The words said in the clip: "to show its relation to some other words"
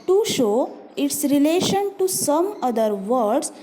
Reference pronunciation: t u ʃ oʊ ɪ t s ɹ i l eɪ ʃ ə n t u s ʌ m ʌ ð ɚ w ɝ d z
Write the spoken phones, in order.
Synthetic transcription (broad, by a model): t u ʃ oʊ ɪ t s ɹ i l eɪ ʃ ə n t u s ʌ m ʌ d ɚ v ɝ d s